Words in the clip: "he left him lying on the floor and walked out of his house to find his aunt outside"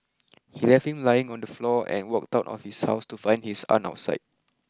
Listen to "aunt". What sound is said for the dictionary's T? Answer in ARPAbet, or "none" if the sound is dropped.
none